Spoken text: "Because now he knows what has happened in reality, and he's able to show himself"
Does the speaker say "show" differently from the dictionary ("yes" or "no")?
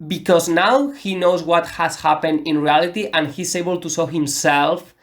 yes